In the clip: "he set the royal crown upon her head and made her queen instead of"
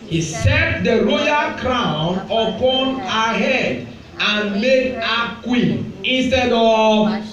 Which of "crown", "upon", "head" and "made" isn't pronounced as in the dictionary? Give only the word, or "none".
none